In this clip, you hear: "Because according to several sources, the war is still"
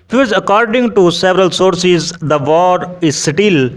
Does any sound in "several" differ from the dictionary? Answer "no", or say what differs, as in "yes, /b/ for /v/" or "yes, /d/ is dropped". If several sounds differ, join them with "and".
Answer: no